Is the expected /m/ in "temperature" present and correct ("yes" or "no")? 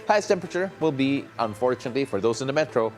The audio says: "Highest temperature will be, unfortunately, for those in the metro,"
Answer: yes